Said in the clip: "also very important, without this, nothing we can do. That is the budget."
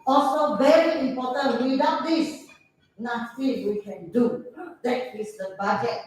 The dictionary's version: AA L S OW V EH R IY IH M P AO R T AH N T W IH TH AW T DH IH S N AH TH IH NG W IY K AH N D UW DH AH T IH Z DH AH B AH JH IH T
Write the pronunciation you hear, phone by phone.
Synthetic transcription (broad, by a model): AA L S OW V EH R IY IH M P AO T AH N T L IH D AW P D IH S N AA S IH W IY K AH N D UW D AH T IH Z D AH B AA JH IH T